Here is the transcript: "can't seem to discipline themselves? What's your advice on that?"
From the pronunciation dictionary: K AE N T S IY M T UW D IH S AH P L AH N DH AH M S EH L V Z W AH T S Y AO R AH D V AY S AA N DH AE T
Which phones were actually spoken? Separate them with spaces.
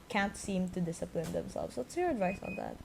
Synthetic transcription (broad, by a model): K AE N T S IY M T UW D IH S AH P L AH N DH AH M S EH L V S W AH T S Y AO R AH D V AY S AA N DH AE T